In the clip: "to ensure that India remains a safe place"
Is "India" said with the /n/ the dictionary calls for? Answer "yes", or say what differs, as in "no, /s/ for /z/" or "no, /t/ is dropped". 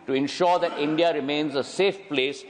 yes